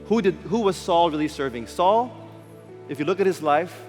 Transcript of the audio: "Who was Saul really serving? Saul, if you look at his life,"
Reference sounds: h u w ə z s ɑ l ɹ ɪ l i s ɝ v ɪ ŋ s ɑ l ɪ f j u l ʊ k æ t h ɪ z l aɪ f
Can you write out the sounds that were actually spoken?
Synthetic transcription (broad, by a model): h u w ə z s ɑ l ɹ ɪ l i s ɝ v ɪ ŋ s ɑ l ɪ f j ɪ l ʊ k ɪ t h ɪ z l aɪ f